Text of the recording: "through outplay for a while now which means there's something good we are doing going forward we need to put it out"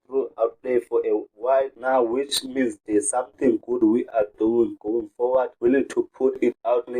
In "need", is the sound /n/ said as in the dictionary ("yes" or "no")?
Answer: no